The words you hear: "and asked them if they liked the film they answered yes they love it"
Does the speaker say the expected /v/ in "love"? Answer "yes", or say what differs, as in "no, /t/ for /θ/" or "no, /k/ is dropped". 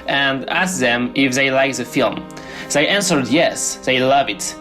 yes